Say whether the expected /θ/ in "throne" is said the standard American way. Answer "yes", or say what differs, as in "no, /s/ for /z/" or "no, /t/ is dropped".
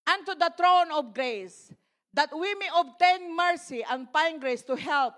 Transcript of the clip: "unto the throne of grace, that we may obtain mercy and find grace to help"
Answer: no, /t/ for /θ/